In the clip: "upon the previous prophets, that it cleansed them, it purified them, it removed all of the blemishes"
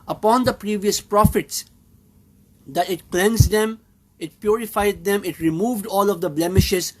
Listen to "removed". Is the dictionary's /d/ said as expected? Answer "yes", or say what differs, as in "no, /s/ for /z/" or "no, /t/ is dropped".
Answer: yes